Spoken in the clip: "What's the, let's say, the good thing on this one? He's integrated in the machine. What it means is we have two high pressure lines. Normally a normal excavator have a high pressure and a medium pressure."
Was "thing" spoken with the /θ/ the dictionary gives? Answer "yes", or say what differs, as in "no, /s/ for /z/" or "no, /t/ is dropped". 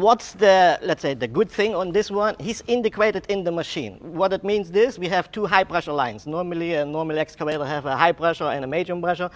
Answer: yes